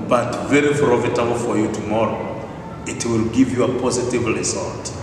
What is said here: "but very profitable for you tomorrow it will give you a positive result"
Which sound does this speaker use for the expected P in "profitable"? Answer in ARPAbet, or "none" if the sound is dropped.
F